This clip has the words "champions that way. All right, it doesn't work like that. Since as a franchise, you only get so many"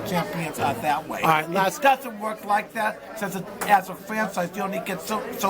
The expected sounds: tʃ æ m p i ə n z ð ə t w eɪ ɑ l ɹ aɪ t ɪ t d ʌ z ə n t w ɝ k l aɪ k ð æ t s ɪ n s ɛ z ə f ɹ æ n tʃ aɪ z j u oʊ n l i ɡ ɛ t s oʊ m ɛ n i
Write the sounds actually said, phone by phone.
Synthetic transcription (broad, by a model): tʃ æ m p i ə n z ð ə t w eɪ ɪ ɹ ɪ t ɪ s d ʌ z ə n t w ɝ k l aɪ k ð æ t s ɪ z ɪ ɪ z ə f ɹ æ n tʃ aɪ z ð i oʊ n l i ɡ ɛ t s oʊ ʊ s